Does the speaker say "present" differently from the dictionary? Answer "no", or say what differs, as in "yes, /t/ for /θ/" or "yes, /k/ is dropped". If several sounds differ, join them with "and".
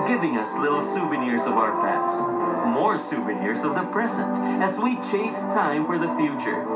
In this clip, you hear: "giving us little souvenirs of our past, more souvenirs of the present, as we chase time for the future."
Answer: no